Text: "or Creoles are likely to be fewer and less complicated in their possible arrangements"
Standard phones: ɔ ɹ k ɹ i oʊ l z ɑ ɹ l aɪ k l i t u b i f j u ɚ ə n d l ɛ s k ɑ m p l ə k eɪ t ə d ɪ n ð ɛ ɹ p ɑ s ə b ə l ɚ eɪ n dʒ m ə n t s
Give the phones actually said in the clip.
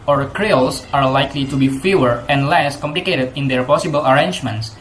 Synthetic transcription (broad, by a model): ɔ ɹ k ɹ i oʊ l s ɑ ɹ l aɪ k l i t u b i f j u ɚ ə n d l ɛ s k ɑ m p l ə k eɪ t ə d ɪ n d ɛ ɹ p ɑ s ə b ə l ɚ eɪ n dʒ m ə n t s